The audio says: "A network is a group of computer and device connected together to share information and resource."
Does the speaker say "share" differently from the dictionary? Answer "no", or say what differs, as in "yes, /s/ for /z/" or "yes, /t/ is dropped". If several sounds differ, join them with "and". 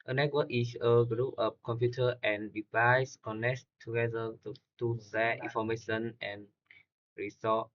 yes, /s/ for /ʃ/